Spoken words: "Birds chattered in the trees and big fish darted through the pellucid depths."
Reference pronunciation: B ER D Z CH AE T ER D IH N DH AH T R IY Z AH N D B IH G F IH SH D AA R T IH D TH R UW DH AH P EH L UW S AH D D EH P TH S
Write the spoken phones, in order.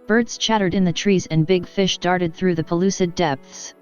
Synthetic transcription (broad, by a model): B ER D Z CH AE T ER D IH N DH AH T R IY Z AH N B IH G F IH SH D AA R T IH D TH R UW DH AH P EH L UW S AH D D EH P TH S